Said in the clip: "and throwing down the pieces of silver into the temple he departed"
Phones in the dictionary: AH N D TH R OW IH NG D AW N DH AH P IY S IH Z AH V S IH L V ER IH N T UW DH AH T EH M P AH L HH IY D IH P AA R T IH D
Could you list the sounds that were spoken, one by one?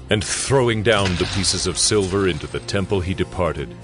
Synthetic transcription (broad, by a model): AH N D TH R OW IH NG D AW N DH AH P IY S IH Z AH V S IH L V ER IH N T UW DH AH T EH M P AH L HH IY D IH P AA R T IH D